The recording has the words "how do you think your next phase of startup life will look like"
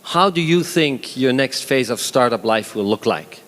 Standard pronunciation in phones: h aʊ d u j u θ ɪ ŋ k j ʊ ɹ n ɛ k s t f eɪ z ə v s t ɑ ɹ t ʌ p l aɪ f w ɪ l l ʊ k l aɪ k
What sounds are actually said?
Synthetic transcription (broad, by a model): h aʊ d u j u θ ɪ ŋ k j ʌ ɹ n ɛ k s t f eɪ z ə v s t ɑ ɹ t ʌ p l aɪ f w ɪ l l ʊ k l aɪ k